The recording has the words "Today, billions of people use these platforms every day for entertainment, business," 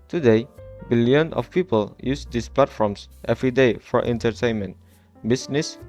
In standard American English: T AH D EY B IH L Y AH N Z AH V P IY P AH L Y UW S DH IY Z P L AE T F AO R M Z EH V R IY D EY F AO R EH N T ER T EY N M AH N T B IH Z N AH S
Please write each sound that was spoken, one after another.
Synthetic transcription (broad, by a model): T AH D EY B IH L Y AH N AH F P IY P AH L Y UW S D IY S P L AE T F AO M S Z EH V R IY D EY F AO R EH N T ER T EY N M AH N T B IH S N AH S